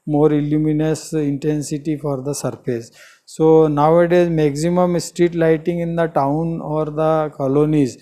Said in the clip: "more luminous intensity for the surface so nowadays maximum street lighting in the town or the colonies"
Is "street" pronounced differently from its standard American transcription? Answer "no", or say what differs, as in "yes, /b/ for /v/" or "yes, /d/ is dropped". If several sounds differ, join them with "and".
no